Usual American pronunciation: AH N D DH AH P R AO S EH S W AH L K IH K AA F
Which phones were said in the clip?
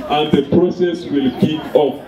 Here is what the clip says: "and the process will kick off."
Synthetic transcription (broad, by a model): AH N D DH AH P R AO S EH S W AH L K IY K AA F